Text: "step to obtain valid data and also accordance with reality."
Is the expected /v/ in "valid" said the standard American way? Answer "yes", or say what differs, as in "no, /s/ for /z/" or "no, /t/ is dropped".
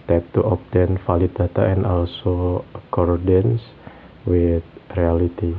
no, /f/ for /v/